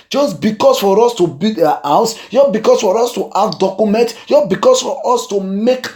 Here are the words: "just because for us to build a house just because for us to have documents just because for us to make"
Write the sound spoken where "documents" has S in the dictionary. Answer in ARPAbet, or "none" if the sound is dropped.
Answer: none